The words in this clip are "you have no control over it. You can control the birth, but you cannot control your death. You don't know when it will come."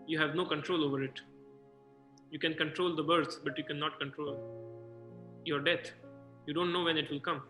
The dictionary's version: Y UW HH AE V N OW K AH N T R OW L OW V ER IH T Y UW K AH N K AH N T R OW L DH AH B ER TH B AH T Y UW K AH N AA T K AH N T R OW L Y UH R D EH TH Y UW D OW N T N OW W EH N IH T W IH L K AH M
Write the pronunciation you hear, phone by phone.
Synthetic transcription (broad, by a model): Y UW HH AE V N OW K AH N T R OW L OW V ER IH T Y UW K AH N K AH N T R OW L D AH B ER S B AH T Y UW K AH N AA T K AH N T R OW L Y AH R D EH T Y UW D OW N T N OW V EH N IH T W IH L K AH M